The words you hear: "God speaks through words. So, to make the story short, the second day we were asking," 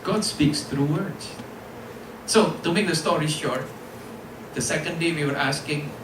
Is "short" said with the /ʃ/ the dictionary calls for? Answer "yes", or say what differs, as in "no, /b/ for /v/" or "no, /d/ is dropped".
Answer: yes